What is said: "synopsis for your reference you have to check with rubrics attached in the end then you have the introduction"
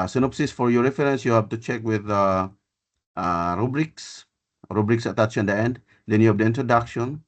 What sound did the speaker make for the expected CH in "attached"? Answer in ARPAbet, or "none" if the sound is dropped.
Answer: S